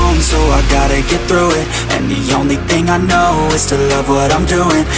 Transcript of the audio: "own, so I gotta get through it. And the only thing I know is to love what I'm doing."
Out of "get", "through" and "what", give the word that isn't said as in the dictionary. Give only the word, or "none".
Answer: none